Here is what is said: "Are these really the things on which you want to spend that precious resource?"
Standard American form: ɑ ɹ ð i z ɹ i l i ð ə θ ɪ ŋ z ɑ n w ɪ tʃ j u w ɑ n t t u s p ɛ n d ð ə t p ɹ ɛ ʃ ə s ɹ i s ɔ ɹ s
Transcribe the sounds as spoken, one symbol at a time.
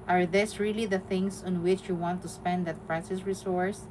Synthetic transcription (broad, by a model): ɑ ɹ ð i s ɹ i l i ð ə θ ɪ ŋ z ɑ n w ɪ tʃ j u w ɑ n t t u s p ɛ n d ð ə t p ɹ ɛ s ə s ɹ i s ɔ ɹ s